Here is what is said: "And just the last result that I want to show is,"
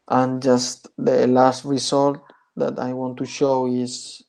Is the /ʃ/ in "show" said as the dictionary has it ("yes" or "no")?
yes